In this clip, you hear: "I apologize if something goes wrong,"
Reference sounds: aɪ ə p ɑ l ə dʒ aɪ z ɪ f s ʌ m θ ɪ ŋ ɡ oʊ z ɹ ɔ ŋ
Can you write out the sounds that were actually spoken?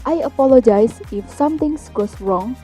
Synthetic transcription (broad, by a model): aɪ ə p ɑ l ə dʒ aɪ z ɪ f s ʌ m t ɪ ŋ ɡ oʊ s ɹ ɔ ŋ